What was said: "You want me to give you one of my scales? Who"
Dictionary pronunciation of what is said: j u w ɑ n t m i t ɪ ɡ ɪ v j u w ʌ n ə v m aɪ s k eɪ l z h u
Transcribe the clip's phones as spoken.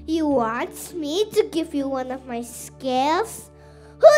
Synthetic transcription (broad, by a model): j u w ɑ n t m i t ɪ ɡ ɪ v j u w ʌ n ə v m aɪ s k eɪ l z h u